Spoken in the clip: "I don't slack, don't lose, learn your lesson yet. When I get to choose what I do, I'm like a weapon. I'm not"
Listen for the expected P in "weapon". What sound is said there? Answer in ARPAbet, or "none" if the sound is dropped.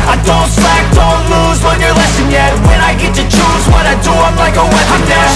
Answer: none